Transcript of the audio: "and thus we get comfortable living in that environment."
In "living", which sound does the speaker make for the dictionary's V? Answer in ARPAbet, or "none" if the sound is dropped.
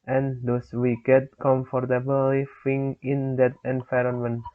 F